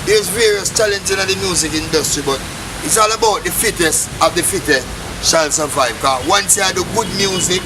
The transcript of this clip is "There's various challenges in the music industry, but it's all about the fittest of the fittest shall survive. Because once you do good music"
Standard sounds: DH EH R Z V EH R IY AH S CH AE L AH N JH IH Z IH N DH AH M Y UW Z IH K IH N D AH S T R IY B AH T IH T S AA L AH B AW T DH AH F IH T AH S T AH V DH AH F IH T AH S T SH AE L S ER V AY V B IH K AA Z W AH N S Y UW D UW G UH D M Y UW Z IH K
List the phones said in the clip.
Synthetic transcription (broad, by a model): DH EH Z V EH R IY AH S CH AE L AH N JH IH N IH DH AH M Y UW Z IH K IH N D AH S T R IY B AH T IH T S AA L AH B AW T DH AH F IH T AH S AH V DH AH F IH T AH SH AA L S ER V AY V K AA W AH N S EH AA D UW G UH D M Y UW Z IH K